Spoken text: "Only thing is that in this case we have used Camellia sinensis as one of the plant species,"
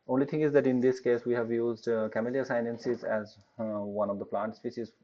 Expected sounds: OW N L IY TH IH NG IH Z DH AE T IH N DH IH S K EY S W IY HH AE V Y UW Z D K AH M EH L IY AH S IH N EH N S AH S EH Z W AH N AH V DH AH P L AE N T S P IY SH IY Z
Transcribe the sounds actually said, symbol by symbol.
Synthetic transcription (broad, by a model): OW N L IY T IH NG IH Z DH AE T IH N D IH S K EY S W IY HH AE V Y UW Z D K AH M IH L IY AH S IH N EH N S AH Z EH Z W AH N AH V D AH P L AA N T S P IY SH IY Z